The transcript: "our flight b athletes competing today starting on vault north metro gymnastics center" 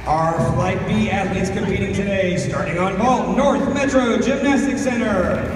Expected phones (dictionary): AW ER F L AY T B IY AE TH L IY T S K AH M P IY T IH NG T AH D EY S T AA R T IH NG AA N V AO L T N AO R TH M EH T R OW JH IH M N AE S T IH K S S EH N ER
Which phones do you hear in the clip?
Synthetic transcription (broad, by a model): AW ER F L AY T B IY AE T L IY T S K AH M P IY T IH NG T AH D EY S T AA R T IH NG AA N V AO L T N AO R TH M EH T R OW JH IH M N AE S T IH K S S EH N ER